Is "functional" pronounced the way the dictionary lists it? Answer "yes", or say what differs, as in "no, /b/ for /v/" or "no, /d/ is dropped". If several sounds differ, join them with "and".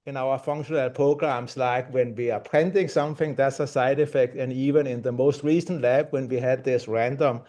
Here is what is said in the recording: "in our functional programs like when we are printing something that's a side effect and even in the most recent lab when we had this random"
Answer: yes